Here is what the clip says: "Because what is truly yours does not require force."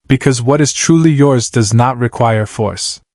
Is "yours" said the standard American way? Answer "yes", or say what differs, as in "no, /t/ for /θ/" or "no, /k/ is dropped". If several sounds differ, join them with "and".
yes